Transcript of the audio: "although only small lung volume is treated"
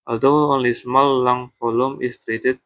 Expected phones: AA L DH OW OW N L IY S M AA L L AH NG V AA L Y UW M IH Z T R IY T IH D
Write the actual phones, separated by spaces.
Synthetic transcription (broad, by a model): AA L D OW OW N L IY S M AA L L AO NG F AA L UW M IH S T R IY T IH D